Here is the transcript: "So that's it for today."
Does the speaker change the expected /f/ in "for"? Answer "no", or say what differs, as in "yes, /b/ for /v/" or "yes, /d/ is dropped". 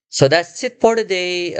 yes, /p/ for /f/